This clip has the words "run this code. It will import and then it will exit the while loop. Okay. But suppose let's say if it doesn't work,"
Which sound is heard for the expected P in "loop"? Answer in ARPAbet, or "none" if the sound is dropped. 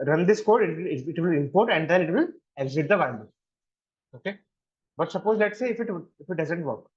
none